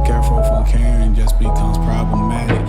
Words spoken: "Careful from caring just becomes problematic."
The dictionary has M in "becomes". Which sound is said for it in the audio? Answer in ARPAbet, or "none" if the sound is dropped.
none